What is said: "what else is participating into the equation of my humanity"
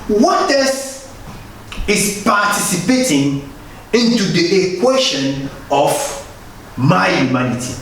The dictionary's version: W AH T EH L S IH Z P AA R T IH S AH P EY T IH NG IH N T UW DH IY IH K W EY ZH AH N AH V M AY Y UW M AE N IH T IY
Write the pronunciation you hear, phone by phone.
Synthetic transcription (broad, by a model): W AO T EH S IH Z P AA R T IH S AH P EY T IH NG IH N T UW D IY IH K W EY SH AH N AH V M AY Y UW M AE N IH T IY